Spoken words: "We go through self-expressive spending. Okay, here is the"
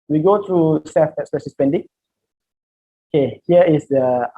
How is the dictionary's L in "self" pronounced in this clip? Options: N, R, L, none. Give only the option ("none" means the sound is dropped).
none